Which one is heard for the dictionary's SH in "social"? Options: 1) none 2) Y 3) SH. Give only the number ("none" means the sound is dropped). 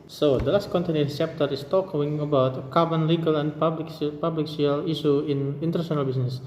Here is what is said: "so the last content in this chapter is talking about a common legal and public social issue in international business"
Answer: 1